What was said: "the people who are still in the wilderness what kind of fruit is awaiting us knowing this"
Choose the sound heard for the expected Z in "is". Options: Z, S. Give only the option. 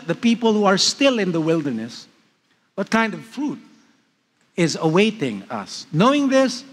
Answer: Z